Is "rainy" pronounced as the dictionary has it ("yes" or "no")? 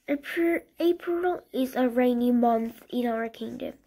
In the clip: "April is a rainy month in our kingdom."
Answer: yes